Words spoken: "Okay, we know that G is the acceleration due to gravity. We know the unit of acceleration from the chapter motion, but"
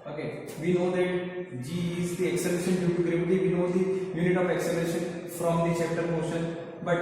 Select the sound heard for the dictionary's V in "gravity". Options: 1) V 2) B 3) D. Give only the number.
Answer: 2